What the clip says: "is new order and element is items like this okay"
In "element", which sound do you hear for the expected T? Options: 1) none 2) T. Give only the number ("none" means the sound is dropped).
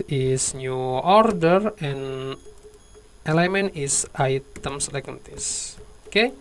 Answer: 1